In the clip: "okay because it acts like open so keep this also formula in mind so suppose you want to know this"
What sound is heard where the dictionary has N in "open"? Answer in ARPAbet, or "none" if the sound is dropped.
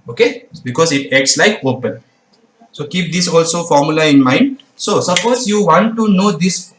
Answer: L